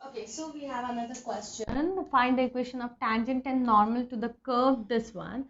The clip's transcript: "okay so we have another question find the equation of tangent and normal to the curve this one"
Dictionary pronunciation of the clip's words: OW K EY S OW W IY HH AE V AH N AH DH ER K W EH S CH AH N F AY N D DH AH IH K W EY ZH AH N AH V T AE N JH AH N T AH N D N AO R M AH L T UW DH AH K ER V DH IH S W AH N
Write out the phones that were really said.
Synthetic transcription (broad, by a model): OW K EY S OW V IY HH AE V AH N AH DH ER K W EH S CH AH N F AY N D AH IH K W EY SH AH N AH V T AE N JH AH N T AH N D N AO R M AH L T UW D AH K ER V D IH S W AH N